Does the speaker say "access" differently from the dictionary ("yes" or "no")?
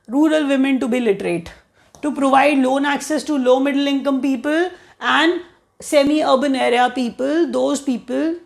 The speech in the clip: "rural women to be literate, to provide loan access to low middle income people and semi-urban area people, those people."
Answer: no